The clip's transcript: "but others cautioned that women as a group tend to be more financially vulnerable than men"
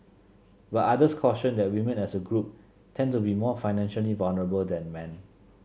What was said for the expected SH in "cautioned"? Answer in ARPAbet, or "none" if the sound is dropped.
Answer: S